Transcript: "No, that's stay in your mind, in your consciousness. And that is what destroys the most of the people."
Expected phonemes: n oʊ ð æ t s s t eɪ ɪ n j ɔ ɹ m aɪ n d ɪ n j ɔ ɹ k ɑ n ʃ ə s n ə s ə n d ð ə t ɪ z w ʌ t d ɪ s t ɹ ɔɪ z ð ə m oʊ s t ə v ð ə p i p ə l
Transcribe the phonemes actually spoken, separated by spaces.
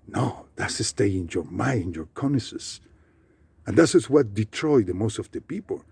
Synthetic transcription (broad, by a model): n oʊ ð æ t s s t eɪ ɪ n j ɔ ɹ m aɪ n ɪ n j ɔ ɹ k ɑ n ə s ə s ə n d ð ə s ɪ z w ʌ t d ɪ t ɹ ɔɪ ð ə m oʊ s t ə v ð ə p i p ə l